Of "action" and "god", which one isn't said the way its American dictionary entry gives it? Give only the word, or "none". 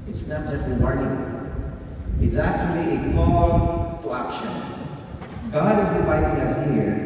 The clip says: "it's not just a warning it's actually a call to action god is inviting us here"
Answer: none